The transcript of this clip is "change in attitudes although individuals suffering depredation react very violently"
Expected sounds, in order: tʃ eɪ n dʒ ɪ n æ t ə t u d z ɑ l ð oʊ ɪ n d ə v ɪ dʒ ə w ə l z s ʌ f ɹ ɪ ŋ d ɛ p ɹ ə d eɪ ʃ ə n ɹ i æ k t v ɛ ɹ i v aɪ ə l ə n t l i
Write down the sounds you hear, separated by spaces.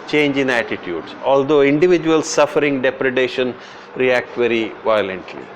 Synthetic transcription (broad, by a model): tʃ eɪ n dʒ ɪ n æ t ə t u d s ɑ l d oʊ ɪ n d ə v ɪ dʒ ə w ə l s s ʌ f ɹ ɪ ŋ d ɛ p ɹ ə d eɪ ʃ ə n ɹ i æ k t v ɛ ɹ i v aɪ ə l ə n t l i